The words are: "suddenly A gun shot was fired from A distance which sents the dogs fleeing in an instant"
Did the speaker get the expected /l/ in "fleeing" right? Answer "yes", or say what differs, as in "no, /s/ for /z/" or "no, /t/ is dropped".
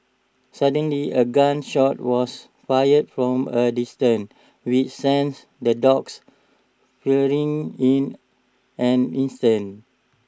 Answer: no, /l/ is dropped